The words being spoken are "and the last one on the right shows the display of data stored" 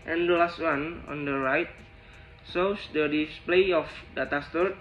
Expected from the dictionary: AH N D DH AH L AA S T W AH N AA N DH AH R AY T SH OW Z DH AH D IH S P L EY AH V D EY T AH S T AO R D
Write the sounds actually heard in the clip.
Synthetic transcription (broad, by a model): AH N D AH L AA S T W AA N AA N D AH R AY T S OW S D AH D IH S P L EY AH F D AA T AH S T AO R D